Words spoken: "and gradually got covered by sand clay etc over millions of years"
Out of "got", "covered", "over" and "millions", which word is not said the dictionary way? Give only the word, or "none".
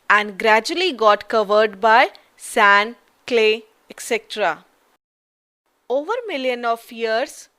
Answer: millions